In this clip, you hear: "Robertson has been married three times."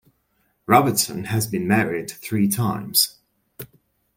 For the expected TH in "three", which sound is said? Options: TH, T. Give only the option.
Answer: TH